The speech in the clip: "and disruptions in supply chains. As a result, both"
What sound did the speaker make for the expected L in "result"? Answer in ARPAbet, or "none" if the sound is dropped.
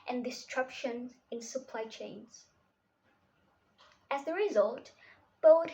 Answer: L